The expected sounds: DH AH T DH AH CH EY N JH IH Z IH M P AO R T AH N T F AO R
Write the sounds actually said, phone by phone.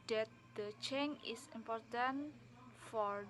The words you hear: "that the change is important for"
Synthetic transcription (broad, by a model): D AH T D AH CH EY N IH S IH M P AO R T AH N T F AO R